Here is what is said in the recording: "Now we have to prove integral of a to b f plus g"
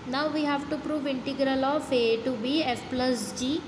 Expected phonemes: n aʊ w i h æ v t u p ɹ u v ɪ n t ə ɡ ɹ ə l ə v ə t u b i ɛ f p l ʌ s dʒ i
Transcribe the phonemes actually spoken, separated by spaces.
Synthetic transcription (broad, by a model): n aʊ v i h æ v t u p ɹ u v ɪ n t ə ɡ ɹ ə l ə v ə t u b i ɛ f p l ʌ s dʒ i